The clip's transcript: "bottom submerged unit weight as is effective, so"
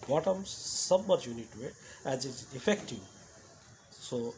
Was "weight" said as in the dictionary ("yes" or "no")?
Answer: no